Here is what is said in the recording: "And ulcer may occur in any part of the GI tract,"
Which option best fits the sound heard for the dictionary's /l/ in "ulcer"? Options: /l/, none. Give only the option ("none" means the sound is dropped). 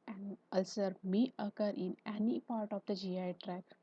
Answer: /l/